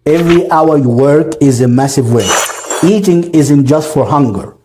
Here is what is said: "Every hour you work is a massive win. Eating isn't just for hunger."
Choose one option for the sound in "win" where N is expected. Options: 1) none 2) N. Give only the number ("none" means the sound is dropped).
1